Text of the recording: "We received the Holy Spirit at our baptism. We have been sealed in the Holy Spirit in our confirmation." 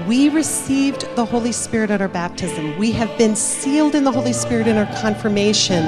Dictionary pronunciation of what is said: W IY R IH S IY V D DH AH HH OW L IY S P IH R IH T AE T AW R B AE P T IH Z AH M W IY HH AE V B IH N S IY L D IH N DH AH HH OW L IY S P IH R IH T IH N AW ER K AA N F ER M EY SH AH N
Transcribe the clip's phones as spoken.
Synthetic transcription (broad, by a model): W IY R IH S IY V DH AH HH OW L IY S P IH R IH T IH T AW R B AE P T IH Z AH M W IY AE V B IH N S IY L D IH N DH AH HH OW L IY S P IH R IH T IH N AW ER K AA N F ER M EY SH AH N